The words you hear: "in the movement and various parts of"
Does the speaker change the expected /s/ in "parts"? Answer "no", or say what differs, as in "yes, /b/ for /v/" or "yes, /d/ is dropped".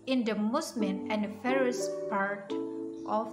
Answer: yes, /s/ is dropped